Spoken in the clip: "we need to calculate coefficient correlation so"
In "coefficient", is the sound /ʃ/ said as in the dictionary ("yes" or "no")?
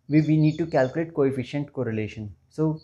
yes